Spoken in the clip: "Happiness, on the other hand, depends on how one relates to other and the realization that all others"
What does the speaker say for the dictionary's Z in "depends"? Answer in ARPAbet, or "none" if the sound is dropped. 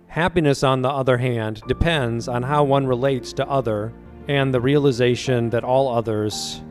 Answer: Z